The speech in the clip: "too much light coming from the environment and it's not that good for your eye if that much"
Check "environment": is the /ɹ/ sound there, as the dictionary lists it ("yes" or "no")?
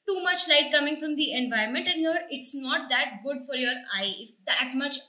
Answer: no